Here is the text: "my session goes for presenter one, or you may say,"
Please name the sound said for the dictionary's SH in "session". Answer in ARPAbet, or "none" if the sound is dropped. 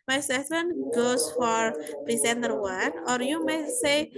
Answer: S